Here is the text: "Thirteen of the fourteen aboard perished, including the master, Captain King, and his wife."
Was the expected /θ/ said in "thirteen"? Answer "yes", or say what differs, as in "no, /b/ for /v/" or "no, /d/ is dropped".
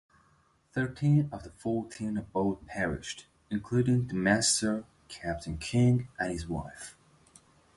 yes